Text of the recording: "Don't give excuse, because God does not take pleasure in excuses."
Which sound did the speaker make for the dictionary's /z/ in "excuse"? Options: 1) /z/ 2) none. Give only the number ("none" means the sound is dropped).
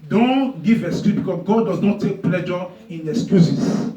2